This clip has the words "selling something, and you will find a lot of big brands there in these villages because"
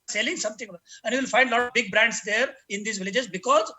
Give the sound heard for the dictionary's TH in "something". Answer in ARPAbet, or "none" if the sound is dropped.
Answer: T